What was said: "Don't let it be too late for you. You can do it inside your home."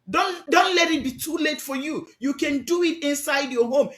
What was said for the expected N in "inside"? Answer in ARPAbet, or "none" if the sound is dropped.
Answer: N